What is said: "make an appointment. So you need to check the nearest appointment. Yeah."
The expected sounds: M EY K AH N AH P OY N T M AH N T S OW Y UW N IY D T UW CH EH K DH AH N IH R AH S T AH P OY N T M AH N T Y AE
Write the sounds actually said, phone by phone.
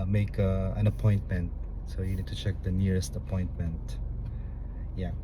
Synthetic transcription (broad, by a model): M EY K AH N AH P OY N T M AH N T S OW Y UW N IY D T UW CH EH K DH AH N IH R AH S T AH P OY N T M AH N T Y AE